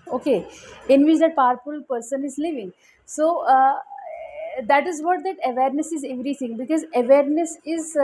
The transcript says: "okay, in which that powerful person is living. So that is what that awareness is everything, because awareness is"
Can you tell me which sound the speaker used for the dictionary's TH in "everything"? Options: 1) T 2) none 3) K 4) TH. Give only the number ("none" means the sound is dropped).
1